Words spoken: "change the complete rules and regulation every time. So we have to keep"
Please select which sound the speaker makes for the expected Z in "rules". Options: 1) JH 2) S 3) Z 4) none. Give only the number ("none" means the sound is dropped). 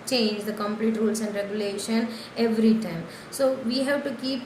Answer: 2